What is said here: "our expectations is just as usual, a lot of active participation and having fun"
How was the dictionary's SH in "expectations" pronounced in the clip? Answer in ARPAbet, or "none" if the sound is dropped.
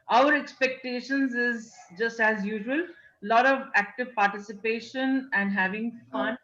SH